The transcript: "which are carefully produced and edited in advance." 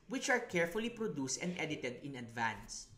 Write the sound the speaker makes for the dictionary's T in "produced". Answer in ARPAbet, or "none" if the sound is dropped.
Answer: T